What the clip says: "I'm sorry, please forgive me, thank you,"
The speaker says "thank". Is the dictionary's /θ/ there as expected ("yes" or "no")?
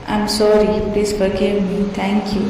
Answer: no